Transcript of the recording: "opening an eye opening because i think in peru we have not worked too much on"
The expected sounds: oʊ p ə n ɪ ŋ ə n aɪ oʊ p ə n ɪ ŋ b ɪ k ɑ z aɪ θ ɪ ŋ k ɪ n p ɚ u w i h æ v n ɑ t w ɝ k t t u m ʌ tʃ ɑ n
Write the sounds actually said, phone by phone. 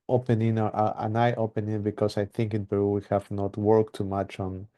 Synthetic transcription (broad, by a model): oʊ p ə n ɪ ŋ ə n aɪ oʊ p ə n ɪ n b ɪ k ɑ s aɪ θ ɪ ŋ k ɪ n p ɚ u w i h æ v n ɑ t w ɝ k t t u m ʌ tʃ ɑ n